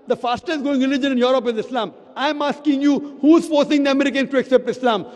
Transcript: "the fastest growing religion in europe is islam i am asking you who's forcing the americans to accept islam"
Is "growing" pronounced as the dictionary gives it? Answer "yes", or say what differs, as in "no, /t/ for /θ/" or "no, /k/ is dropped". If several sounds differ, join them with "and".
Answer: no, /ɹ/ is dropped